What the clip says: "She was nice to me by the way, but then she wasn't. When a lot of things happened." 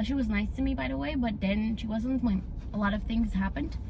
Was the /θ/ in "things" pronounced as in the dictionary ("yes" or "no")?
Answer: yes